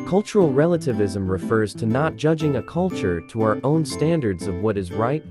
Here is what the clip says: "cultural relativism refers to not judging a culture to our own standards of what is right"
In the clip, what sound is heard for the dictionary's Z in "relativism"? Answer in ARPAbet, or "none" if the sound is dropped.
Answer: Z